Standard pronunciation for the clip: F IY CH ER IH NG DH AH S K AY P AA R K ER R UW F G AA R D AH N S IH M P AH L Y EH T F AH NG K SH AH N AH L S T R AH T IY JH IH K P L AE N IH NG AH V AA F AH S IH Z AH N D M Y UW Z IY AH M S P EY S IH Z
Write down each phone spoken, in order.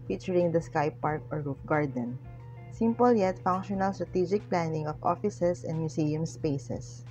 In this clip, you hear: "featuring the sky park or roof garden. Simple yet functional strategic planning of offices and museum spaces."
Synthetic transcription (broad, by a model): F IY CH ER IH NG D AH S K AY P AA R K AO R UW F G AA R D AH N S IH M P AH L Y EH T F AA NG K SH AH N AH L S T R AH T IY JH IH K P L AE N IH NG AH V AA F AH S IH S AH N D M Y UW S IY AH M S P EY S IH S